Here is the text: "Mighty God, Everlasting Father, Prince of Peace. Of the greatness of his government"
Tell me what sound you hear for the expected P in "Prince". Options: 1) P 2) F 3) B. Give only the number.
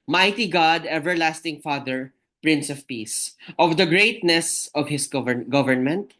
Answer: 1